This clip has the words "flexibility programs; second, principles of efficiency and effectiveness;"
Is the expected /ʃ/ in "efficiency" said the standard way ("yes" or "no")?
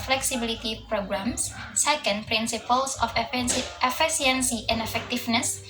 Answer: no